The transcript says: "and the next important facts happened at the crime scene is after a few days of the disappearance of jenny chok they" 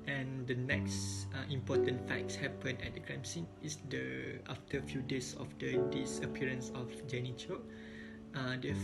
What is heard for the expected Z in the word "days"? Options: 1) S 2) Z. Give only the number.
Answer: 1